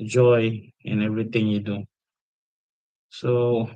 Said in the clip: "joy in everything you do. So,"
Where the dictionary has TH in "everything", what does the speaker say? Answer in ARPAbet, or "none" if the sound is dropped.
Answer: T